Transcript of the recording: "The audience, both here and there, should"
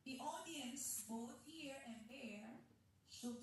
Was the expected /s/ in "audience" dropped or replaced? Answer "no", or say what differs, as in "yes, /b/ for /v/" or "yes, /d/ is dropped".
no